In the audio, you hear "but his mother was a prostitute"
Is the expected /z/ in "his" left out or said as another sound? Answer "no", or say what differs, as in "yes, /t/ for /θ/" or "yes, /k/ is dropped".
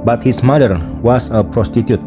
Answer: yes, /s/ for /z/